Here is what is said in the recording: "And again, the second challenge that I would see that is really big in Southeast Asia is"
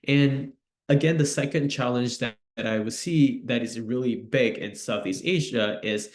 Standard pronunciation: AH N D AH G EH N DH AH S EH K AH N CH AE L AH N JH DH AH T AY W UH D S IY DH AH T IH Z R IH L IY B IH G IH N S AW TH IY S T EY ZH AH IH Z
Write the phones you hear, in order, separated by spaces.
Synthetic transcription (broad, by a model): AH N AH G EH N DH AH S EH K AH N CH AE L AH N JH DH AH T AY W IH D S IY DH AH T IH Z R IH L IY B IH G IH N S AW TH IY S T EY ZH AH IH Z